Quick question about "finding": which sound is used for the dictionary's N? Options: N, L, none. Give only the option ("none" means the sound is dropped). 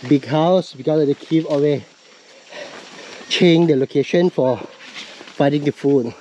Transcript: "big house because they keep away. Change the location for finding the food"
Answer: none